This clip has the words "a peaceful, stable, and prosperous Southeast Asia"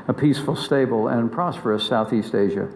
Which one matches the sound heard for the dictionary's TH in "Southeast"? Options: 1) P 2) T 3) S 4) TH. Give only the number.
4